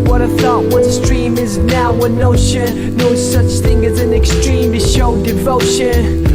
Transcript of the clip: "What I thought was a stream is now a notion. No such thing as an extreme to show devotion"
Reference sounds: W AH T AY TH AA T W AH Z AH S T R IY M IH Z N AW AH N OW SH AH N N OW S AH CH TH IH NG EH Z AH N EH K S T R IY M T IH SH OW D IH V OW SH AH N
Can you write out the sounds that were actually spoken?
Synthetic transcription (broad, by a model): W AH T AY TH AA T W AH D S T R IY M IH Z N AW AH N OW SH AH N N OW S AH CH TH IH NG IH Z AH N EH K S T R IY M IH SH OW D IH V OW SH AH N